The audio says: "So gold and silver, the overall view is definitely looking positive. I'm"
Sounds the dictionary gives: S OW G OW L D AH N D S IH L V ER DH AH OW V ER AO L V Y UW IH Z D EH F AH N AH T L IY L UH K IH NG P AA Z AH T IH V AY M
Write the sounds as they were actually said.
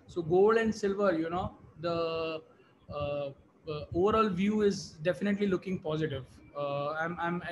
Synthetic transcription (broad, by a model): S OW G OW L D AH N D S IH L V ER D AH OW V ER AO L V Y UW IH Z D EH F AH N AH T L IY L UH K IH NG P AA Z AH T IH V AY M